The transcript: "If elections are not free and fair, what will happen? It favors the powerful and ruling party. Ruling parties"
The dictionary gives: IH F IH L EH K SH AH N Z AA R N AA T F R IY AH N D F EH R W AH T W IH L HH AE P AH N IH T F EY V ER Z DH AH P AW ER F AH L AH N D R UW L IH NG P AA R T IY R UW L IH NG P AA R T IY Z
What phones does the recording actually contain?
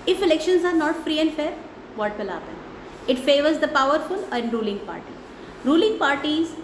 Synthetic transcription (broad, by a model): IH F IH L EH K SH AH N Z AA R N AA T F R IY AH N D F EH R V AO T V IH L HH AE P AH N IH T F EY V ER Z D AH P AW ER F AH L AH N D R UW L IH NG P AA R T IY R UW L IH NG P AA R T IY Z